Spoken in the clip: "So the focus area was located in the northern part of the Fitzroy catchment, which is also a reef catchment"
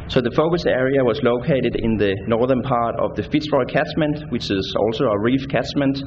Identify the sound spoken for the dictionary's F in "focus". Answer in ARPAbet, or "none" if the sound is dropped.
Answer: F